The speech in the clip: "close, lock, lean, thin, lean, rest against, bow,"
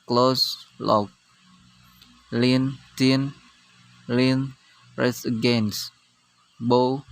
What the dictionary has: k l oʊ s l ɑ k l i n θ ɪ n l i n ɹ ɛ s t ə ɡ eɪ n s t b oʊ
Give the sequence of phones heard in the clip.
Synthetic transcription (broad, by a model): k l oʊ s l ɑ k l i n t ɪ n l i n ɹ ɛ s ə ɡ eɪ n s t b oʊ